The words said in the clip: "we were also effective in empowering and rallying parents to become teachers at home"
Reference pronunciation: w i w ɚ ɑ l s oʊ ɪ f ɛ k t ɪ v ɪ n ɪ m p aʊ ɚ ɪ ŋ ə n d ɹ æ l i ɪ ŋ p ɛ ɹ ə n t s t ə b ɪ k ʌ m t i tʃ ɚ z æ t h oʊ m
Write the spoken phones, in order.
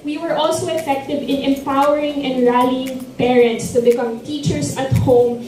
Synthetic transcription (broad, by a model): w i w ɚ ɑ l s oʊ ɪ f ɛ k t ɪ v ɪ n ɪ m p aʊ ɚ ɪ ŋ ə n d ɹ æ l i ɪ ŋ p ɛ ɹ ə n t s t ə b ɪ k ʌ m t i tʃ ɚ s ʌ t h oʊ m